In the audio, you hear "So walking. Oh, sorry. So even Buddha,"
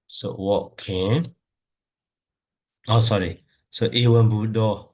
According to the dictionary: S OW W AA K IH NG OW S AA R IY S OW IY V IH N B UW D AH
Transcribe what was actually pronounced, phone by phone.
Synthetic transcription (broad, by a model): S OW W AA K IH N OW S AA R IY S OW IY W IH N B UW D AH